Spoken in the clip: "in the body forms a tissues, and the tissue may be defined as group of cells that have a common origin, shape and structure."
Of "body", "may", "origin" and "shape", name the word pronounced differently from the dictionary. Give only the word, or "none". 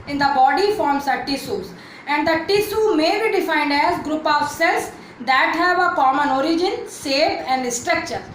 shape